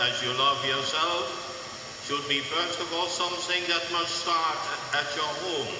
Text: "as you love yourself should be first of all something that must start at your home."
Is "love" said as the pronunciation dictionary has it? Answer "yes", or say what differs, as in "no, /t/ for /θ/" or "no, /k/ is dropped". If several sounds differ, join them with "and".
yes